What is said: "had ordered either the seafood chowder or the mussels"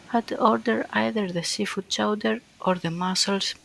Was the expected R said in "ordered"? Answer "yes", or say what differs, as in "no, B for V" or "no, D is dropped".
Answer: yes